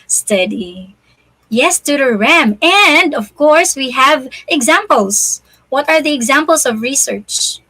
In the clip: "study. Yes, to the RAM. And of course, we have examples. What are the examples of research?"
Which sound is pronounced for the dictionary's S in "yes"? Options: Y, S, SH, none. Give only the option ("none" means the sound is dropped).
S